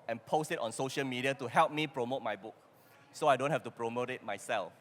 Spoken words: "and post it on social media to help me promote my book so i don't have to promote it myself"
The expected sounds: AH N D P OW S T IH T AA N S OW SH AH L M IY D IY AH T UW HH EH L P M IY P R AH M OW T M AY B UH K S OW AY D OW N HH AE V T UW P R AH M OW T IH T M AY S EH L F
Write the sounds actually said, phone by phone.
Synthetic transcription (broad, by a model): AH N P OW S T IH T AA N S OW SH AH L M IY D IY AH T UW HH EH L P M IY P R AH M OW T M AY B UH K S OW AY D OW N HH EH F T UW P R AH M OW T IH T M AY S EH L F